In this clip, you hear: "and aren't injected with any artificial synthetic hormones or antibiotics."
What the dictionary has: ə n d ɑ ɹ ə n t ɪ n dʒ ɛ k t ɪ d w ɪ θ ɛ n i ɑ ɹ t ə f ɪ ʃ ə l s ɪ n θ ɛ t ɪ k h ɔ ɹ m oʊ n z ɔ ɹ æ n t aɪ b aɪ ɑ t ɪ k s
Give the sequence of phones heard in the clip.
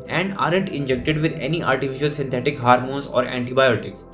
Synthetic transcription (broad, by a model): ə n d ɑ ɹ ə n t ɪ n dʒ ɛ k t ɪ d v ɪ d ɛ n i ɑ l t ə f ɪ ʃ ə l s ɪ n t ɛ t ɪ k h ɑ ɹ m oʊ n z ɔ ɹ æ n t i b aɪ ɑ t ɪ k s